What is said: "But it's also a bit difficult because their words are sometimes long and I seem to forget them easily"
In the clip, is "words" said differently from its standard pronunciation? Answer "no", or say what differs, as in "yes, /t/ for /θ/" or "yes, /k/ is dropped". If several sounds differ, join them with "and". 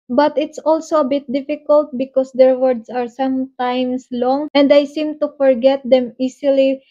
yes, /s/ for /z/